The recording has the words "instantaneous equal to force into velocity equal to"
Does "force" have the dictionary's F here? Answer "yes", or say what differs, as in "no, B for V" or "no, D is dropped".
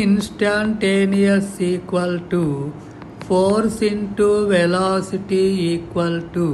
no, P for F